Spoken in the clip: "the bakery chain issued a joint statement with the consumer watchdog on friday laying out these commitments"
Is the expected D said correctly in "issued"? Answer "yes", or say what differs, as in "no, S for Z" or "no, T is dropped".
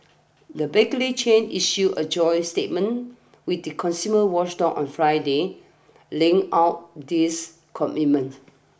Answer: no, D is dropped